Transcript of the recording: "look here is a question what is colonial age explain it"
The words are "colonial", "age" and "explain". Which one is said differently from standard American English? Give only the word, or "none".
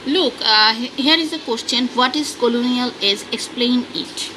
age